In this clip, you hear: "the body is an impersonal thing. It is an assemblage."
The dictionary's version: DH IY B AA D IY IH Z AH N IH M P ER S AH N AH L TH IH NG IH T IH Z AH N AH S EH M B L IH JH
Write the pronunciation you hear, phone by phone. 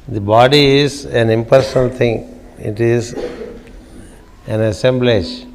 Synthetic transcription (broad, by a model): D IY B AA D IY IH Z AH N IH M P ER S AH N AH L T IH NG IH T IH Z AH N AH S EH M B L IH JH